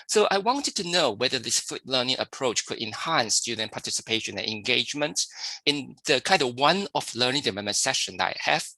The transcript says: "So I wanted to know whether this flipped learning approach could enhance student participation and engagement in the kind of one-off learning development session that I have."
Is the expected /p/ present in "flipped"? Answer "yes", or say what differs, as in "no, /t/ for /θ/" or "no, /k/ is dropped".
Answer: no, /p/ is dropped